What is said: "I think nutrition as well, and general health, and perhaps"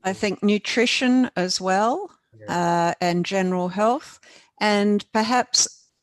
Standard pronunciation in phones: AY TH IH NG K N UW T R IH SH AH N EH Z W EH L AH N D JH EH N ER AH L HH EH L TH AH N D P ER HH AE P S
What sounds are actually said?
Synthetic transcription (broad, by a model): AY TH IH NG K N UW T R IH SH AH N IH Z W EH L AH N JH EH N ER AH L HH EH L TH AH N P ER HH AE P S